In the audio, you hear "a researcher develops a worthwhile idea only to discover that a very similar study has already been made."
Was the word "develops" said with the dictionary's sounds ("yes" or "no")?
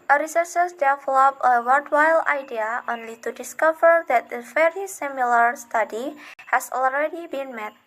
no